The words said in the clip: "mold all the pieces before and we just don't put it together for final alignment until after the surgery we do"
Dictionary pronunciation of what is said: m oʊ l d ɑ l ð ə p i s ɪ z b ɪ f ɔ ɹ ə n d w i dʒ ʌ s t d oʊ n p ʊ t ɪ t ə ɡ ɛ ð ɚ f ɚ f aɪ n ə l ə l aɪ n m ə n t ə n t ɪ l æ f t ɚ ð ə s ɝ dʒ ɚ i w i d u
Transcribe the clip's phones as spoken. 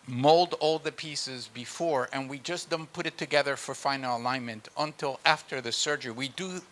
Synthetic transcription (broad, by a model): m oʊ l d ɑ l ð ə p i s ɪ z b ɪ f ɔ ɹ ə n w i dʒ ʌ s d oʊ n p ʊ t ɪ t ə ɡ ɛ ð ɚ f ɚ f aɪ n l ə l aɪ n m ə n t ə n t ɪ l æ f t ɚ ð ə s ɝ dʒ ɚ i w i d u